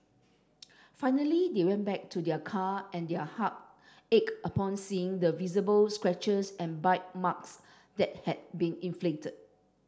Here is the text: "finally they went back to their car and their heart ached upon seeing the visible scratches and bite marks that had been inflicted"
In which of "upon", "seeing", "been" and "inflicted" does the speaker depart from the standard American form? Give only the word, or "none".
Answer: inflicted